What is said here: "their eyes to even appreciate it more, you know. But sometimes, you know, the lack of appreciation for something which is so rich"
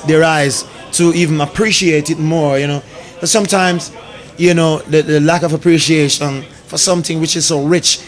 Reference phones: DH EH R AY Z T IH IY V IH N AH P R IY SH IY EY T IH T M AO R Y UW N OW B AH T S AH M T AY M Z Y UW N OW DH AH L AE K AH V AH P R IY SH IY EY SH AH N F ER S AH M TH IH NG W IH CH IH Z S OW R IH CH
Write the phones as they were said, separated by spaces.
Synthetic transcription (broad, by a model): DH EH R AY Z T IH IY V IH N AH P R IY SH IY EY T IH T M AO R Y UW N OW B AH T S AH M T AY M Z Y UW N OW DH AH L AE K AH V AH P R IY SH IY EY SH AH N F ER S AH M TH IH NG W IH CH IH Z S OW R IH CH